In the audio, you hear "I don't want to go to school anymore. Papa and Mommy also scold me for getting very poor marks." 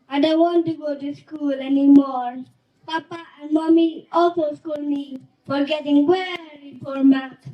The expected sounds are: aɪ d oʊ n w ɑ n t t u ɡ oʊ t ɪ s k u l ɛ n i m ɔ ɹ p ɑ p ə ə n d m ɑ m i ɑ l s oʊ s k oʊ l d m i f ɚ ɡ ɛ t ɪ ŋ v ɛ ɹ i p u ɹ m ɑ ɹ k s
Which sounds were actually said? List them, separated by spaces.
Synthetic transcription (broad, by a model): aɪ d oʊ n w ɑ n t t u ɡ oʊ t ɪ s k u l ɛ n i m ɔ ɹ p ɑ p ə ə n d m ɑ m i ɑ l s oʊ s k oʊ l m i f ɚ ɡ ɛ t ɪ ŋ w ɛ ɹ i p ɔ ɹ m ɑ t